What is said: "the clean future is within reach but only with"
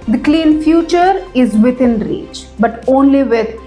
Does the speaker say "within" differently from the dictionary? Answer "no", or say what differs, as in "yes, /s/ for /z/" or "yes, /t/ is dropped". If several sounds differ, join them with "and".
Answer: yes, /t/ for /θ/